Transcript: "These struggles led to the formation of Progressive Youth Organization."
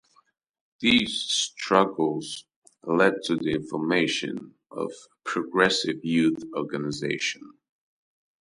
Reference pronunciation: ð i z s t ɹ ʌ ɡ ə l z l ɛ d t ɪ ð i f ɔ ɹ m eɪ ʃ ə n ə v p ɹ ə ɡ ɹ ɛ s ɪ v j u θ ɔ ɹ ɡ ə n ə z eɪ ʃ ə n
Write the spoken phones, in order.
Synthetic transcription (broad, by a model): ð i z s t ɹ ʌ ɡ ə l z l ɛ d t ɪ ð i f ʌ ɹ m eɪ ʃ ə n ə v p ɹ ə ɡ ɹ ɛ s ɪ v j u θ ɔ ɹ ɡ ə n ə z eɪ ʃ ə n